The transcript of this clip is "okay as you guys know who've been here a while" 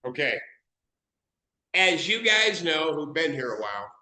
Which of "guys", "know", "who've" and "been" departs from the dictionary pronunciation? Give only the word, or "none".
none